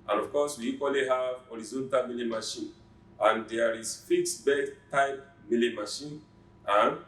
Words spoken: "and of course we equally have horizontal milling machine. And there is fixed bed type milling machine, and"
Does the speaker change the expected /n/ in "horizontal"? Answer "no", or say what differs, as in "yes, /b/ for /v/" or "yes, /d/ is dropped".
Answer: no